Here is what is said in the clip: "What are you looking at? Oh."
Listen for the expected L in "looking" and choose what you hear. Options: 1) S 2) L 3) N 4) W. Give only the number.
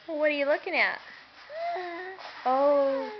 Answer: 2